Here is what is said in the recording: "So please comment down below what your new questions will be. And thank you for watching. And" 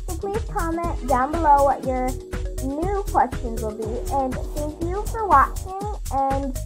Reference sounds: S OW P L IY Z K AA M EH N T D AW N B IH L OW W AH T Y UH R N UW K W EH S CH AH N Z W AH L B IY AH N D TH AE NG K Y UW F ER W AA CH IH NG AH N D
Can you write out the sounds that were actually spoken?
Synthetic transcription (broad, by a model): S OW P L IY Z K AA M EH N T D AW N B IH L OW W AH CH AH R N UW K W EH S CH AH N Z W AH L B IY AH N TH AE NG K Y UW F ER W AA CH IH NG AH N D